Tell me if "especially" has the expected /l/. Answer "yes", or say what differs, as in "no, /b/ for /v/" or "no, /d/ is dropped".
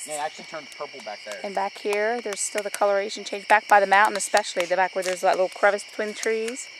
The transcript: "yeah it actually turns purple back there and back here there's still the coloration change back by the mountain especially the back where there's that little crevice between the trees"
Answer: yes